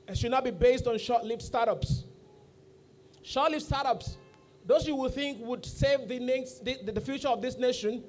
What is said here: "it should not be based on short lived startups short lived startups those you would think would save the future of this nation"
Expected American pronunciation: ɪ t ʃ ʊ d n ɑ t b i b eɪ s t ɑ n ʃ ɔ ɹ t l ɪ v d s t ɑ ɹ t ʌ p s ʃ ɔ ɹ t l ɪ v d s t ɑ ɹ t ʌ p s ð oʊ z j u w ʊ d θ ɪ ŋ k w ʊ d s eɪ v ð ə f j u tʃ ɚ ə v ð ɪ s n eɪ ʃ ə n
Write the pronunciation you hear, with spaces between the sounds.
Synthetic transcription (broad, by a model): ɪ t ʃ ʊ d n ɑ t b i b eɪ s t ɑ n ʃ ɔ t l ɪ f s t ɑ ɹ t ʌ p s ʃ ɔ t l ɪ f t s t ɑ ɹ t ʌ p s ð oʊ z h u w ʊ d θ ɪ ŋ k w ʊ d s eɪ v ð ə f j u tʃ ɚ ə v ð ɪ s n eɪ ʃ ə n